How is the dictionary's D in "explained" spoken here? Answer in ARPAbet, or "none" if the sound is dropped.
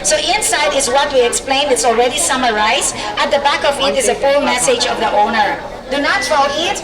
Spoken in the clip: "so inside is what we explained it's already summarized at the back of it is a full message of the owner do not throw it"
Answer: none